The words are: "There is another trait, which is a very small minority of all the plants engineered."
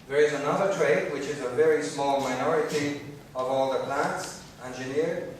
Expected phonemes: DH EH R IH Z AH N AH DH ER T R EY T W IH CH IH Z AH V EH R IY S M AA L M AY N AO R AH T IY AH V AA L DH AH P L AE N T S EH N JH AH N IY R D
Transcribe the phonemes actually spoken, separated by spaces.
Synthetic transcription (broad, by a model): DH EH R IH Z AH N AH DH ER T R EY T W IH CH IH Z AH V EH R IY S M AA L M AY N AO R AH T IY AH V AA L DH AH P L AE N T S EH N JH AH N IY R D